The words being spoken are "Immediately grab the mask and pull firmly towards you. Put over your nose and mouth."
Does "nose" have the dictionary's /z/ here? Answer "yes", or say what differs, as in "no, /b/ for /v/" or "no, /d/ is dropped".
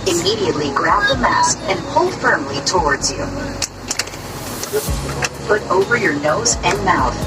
yes